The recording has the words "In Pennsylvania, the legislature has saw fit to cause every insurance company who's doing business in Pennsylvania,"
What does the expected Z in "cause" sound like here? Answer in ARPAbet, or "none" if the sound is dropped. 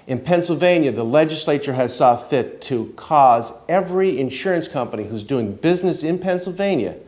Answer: Z